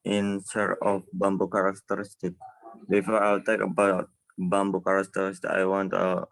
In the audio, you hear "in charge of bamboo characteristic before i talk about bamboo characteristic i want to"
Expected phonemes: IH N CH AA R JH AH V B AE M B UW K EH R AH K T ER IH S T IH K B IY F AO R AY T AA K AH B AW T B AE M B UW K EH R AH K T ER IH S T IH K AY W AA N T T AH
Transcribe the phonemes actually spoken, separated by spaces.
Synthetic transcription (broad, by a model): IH N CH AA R AH F B AE M B UW K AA R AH K T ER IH S T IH K B IY F AO R AY T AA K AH B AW T B AE M B UW K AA R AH K T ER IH S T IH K AY W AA N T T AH